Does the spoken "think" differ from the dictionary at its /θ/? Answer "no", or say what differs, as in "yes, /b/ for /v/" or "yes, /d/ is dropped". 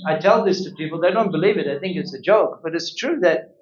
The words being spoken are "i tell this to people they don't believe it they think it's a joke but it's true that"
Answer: no